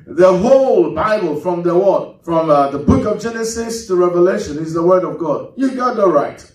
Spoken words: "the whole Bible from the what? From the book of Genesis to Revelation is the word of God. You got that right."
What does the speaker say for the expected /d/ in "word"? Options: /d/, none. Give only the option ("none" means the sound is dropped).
/d/